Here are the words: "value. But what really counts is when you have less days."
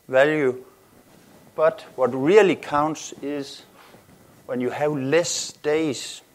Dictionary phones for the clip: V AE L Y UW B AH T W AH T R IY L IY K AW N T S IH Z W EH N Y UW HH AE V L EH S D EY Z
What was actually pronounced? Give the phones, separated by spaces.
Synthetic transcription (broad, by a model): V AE L Y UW B AH T W AH T R IY L IY K AW N T S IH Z W EH N Y UW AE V L EH S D EY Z